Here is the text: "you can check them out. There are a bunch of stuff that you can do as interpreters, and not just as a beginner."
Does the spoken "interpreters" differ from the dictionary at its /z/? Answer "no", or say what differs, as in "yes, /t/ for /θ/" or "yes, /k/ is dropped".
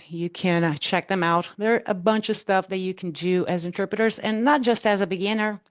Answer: no